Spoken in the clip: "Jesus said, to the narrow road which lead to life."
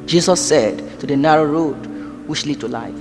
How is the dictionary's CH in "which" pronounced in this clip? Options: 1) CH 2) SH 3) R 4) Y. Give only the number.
2